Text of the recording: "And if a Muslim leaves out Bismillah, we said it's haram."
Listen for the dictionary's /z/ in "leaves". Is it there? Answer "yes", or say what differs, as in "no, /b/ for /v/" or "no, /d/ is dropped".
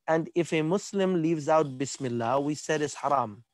yes